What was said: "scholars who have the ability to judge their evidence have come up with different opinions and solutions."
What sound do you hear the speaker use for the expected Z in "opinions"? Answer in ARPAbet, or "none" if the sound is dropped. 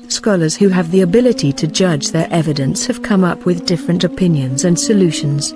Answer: Z